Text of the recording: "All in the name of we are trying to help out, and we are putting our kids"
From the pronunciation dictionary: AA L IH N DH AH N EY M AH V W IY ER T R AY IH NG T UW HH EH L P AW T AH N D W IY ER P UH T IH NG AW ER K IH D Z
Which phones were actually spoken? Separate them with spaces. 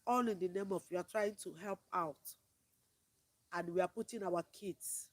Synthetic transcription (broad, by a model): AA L IH N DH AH N EY M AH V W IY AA T R AY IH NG T UW HH EH L P AW T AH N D W IY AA P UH T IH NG AW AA K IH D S